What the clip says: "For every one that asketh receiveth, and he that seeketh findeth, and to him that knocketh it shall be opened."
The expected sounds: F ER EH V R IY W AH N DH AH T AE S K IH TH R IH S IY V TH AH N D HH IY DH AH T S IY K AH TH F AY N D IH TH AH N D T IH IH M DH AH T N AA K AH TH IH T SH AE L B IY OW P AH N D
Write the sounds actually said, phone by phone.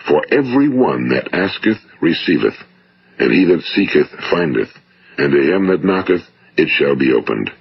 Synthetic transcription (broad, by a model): F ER EH V R IY W AH N DH AH T AE S K IH TH R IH S IY V TH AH N HH IY DH AH T S IY K AH TH F AY N D IH TH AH N T IH IH M DH AH T N AA K AH TH IH T SH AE L B IY OW P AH N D